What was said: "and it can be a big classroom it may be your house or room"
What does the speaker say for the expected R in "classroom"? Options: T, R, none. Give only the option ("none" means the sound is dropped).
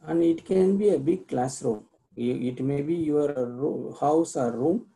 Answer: R